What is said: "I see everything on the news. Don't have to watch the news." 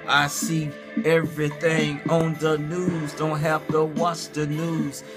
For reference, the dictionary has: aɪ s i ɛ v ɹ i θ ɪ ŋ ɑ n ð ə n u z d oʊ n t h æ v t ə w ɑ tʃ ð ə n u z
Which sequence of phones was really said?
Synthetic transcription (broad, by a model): aɪ s i ɛ v ɹ i θ ɪ ŋ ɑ n ð ə n u z d oʊ n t h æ f t ə w ɑ tʃ ð ə n u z